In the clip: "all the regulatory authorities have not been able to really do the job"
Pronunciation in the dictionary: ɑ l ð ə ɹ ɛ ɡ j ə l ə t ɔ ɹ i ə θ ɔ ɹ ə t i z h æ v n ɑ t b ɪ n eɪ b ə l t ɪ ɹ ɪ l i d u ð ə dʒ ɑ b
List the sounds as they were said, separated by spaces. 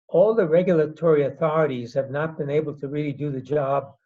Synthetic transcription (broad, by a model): ɑ l ð ə ɹ ɛ ɡ j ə l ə t ɔ ɹ i ə θ ɔ ɹ ə t i z h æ v n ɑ t b ɪ n eɪ b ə l t ɪ ɹ ɪ l i d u ð ə dʒ ɑ b